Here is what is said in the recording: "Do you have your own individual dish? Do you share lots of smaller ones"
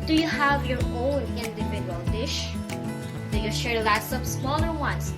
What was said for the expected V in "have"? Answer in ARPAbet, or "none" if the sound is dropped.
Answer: V